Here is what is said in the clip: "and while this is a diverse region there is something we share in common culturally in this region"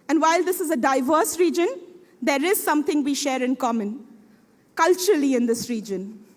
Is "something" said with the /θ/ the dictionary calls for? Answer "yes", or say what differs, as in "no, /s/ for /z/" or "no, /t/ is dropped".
no, /t/ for /θ/